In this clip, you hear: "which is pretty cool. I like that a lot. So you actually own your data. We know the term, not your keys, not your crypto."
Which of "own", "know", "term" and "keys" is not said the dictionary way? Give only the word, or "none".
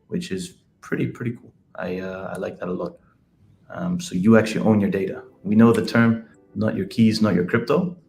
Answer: none